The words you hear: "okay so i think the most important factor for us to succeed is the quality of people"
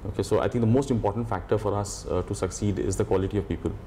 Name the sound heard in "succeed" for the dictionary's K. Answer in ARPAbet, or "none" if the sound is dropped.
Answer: K